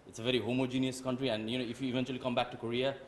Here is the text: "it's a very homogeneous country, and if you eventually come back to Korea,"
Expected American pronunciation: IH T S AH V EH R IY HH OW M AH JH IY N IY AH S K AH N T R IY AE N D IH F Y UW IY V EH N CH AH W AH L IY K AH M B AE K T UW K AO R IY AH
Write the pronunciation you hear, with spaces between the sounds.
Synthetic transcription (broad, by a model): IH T S AH V EH R IY HH OW M AH JH IY N IY AH S K AH N T R IY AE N D IH F Y UW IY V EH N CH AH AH L IY K AH M B AE K T UW K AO R IY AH